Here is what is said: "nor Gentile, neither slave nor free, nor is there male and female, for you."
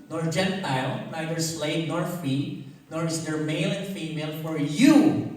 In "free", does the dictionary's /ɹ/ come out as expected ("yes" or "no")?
no